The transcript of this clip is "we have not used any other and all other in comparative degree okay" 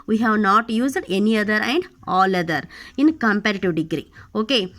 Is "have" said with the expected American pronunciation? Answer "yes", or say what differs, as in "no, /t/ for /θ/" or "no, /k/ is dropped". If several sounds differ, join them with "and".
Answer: yes